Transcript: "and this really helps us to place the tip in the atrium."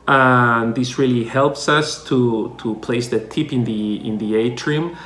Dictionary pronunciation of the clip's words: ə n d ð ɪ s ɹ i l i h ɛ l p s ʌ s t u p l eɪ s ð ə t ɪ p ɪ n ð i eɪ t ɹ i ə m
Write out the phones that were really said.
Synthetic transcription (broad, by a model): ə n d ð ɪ s ɹ i l i h ɛ l p s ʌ s t u p l eɪ s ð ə t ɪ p ɪ n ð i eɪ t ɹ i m